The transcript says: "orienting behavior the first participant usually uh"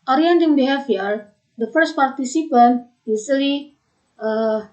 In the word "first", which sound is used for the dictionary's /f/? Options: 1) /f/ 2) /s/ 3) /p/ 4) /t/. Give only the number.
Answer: 1